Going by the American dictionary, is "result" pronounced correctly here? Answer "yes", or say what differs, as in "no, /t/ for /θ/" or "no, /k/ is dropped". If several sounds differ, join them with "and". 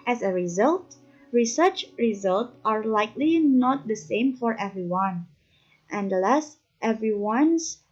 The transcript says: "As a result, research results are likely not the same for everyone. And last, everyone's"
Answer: yes